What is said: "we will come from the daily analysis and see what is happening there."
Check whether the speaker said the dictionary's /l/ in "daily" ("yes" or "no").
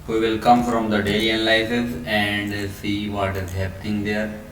no